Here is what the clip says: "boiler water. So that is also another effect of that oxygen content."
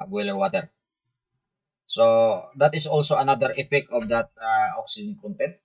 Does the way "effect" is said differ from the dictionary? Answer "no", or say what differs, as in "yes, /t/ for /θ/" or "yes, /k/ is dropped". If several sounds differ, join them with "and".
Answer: yes, /t/ is dropped